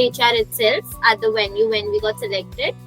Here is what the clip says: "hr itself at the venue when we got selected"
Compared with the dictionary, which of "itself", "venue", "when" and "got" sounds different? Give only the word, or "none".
venue